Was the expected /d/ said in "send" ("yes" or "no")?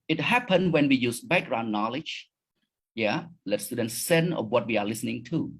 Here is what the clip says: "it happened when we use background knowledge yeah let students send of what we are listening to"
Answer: no